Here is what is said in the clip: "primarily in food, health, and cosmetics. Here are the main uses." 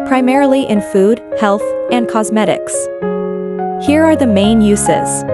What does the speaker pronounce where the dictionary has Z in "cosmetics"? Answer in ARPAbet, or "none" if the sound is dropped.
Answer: Z